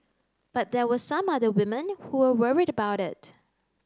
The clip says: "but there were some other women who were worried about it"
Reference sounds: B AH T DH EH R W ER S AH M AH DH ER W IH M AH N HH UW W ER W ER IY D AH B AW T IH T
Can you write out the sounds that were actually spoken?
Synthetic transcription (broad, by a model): B AH T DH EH W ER S AH M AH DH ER W IH M AH N HH UW W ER W ER IY D AH B AW T IH T